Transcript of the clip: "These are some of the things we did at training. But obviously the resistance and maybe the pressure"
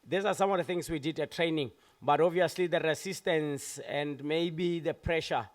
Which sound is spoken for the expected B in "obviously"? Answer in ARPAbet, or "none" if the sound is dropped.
none